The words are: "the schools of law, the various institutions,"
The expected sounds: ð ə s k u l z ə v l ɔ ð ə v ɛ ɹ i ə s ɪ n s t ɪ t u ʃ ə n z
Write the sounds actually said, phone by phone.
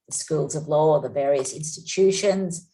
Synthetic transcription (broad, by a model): ð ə s k u l z ə v l ɔ ð ə v ɛ ɹ i ə s ɪ n s t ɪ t u ʃ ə n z